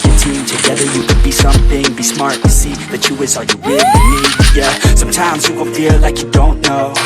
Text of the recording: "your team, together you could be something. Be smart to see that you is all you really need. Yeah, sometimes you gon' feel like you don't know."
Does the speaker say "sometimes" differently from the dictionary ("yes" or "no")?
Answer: no